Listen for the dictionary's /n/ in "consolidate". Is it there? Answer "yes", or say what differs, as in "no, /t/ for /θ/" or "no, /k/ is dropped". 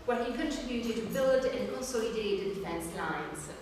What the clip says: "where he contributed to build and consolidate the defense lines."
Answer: no, /l/ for /n/